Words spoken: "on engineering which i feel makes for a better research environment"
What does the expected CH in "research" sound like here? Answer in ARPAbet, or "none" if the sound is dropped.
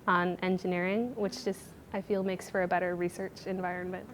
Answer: CH